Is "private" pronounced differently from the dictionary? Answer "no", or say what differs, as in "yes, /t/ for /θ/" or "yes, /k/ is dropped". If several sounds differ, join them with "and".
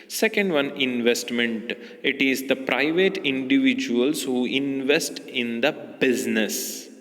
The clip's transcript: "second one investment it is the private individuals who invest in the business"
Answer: no